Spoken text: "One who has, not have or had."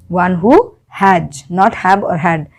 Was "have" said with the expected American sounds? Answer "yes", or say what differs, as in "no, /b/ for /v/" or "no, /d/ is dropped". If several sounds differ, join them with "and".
no, /b/ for /v/